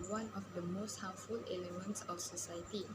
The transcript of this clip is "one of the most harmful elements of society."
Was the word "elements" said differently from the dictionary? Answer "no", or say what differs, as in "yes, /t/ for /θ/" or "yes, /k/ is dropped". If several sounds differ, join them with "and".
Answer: no